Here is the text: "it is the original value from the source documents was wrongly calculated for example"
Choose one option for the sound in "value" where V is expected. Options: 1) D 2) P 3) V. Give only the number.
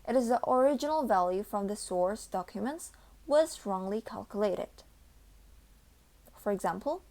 3